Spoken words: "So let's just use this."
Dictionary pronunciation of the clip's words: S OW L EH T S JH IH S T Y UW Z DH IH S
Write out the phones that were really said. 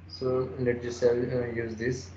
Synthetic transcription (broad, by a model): S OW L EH T JH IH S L Y UW Z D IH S